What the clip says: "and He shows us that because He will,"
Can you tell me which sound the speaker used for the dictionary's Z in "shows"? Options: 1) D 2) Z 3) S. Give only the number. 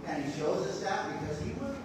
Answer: 2